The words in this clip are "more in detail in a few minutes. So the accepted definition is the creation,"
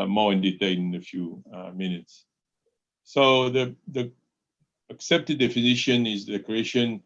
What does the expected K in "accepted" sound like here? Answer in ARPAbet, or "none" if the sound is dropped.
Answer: K